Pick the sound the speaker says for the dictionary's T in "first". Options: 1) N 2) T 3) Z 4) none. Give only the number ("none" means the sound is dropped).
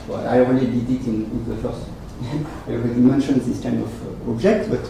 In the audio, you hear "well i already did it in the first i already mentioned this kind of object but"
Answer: 4